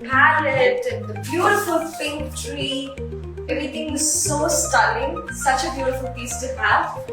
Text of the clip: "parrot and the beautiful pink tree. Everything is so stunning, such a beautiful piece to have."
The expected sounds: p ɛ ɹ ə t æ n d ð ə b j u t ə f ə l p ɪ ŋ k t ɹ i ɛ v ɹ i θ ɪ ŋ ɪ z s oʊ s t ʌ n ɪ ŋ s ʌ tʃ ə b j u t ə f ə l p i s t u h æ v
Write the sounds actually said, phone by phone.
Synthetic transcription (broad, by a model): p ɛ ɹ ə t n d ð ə b j u t ə f ə l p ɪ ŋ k t ɹ i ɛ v ɹ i t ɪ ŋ ɪ z s oʊ s t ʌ l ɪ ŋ s ʌ tʃ ə b j u t ə f ə l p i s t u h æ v